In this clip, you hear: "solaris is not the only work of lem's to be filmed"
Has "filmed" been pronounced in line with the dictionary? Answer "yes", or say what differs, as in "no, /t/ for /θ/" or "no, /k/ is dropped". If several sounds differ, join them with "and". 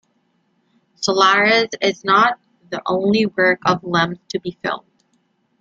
no, /m/ is dropped